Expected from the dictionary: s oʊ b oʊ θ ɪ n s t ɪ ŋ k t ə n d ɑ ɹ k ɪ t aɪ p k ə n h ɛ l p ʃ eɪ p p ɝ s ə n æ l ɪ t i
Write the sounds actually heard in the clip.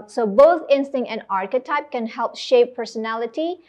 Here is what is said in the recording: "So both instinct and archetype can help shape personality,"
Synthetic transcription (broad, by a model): s oʊ b oʊ θ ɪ n s t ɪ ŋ t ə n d ɑ ɹ k ɪ t aɪ p k ə n h ɛ l p ʃ eɪ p p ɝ s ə n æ l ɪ t i